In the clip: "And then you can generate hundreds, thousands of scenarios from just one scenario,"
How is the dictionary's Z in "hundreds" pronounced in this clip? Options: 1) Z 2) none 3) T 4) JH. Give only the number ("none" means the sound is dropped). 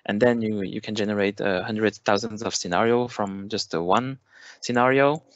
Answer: 2